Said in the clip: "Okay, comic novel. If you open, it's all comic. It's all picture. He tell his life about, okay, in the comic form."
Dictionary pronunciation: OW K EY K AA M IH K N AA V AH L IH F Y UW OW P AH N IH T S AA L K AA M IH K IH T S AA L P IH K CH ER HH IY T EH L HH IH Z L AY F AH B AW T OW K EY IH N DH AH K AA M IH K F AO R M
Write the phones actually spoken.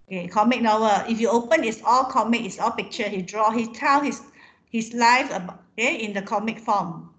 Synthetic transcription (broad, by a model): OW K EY K AA M IH K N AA W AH IH F Y UW OW P AH N IH T S AA L K AA M IH K IH T S AA L P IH K CH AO HH IY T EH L HH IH S L AY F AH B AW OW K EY IH N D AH K AA M IH K F AO M